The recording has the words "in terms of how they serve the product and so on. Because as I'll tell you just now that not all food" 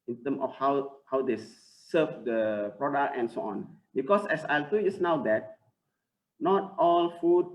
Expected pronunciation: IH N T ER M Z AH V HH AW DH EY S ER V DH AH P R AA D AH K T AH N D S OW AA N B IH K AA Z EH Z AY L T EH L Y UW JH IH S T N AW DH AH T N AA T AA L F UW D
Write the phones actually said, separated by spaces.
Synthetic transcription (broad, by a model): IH N T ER M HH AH W HH AW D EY S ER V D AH P R AA D AH K T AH N S OW AA N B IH K AA S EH S AY L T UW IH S N AW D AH T N AA T AA L F UW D